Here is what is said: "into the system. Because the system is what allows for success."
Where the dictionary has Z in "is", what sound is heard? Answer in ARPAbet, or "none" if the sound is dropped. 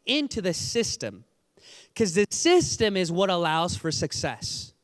Z